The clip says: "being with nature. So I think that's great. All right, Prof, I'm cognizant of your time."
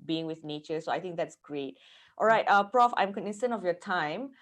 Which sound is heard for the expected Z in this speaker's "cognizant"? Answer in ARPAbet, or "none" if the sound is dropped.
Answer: S